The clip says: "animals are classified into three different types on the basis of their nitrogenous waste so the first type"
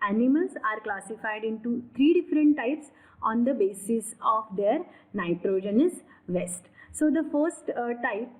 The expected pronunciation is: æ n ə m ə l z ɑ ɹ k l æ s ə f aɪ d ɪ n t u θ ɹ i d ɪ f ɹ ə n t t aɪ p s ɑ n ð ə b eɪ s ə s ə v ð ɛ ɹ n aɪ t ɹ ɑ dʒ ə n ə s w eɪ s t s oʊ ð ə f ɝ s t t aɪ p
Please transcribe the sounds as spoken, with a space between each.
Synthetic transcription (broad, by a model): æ n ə m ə l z ɑ ɹ k l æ s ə f aɪ d ɪ n t u t ɹ i d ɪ f ɹ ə n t t aɪ p s ɑ n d ə b eɪ s ə s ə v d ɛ ɹ n aɪ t ɹ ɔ dʒ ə n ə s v eɪ s t s oʊ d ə f ɝ s t t aɪ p